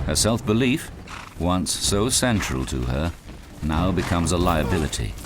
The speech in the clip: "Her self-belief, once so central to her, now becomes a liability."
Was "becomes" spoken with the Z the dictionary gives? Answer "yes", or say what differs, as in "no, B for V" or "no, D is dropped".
yes